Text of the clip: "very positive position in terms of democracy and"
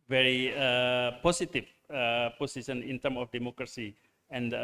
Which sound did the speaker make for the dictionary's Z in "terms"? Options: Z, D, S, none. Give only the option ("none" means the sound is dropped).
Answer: none